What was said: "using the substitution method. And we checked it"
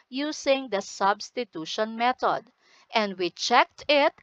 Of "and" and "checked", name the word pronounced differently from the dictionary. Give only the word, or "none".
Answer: none